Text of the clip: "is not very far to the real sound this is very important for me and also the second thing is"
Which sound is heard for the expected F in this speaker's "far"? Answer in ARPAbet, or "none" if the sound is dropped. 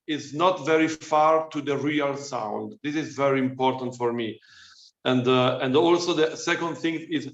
F